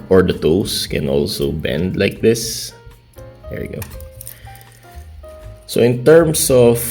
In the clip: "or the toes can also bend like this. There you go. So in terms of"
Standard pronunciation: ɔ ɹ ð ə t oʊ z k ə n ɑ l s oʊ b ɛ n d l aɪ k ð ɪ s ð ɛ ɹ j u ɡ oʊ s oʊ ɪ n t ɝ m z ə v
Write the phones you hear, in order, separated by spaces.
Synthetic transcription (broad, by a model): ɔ ɹ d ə t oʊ s k ə n ɑ l s oʊ b ɛ n d l aɪ k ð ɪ s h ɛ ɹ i ɡ oʊ s oʊ ɪ n t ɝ m s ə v